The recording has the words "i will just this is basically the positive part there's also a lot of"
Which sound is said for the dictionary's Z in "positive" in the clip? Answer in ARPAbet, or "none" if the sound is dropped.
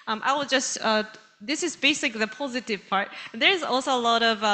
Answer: Z